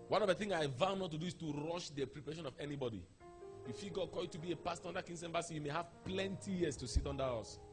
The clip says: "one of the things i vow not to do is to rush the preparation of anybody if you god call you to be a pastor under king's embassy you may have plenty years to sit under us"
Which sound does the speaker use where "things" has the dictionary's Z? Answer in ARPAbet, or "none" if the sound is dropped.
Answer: none